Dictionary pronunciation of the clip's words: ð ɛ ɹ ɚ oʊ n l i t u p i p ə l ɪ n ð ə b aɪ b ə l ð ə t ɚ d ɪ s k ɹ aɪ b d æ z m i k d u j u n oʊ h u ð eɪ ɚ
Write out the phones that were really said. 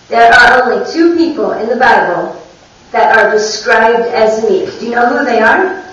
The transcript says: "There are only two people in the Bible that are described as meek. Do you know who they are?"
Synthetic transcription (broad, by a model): ð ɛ ɹ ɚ oʊ n l i t u p i p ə l ɪ n ð ə b aɪ b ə l ð ə t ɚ d ɪ s k ɹ aɪ b d æ z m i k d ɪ j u n oʊ h u ð eɪ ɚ